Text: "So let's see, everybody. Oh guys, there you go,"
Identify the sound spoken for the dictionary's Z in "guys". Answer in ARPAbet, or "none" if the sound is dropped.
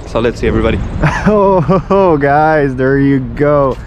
Z